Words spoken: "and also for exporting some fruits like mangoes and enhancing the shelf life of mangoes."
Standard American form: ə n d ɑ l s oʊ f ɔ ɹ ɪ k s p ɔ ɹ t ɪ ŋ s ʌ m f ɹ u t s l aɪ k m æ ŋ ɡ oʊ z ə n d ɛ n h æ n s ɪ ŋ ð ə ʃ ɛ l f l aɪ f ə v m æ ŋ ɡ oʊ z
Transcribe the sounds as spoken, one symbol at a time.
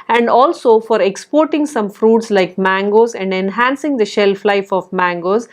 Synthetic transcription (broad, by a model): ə n d ɑ l s oʊ f ɔ ɹ ɪ k s p ɔ ɹ t ɪ ŋ s ʌ m f ɹ u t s l aɪ k m æ ŋ ɡ oʊ z ə n d ɛ n h æ n s ɪ ŋ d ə ʃ ɛ l f l aɪ f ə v m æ ŋ ɡ oʊ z